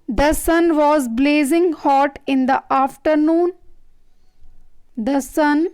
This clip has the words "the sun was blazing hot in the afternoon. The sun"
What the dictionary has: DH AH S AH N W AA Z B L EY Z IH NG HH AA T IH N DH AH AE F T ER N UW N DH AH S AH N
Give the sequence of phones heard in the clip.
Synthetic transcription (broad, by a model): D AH S AH N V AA Z B L EY Z IH NG HH AA T IH N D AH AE F T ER N UW N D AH S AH N